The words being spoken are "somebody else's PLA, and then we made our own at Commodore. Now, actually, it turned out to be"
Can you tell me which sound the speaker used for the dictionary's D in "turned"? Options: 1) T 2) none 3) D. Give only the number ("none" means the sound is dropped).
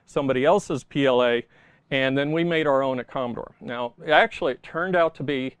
3